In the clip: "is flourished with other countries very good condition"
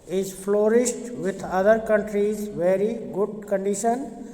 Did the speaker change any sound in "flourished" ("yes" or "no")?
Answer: yes